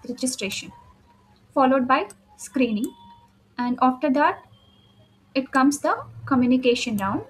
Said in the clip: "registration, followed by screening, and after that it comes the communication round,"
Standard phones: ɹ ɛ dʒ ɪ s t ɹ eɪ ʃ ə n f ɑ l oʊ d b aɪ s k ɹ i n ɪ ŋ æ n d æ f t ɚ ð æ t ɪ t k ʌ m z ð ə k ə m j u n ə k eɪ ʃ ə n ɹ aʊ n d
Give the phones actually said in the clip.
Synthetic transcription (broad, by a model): ɹ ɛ dʒ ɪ s t ɹ eɪ ʃ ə n f ɑ l oʊ d b aɪ s k ɹ i n ɪ ŋ æ n d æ f t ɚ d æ t ɪ t k ʌ m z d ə k ə m j u n ə k eɪ ʃ ə n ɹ aʊ n d